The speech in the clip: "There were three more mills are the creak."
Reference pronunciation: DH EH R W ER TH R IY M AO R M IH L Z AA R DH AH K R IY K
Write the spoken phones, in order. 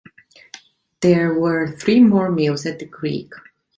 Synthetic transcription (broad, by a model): DH EH R W ER TH R IY M AO R M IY L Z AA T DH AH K R IY K